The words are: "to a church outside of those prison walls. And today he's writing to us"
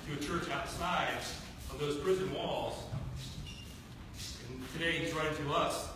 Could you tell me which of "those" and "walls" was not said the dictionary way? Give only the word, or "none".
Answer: none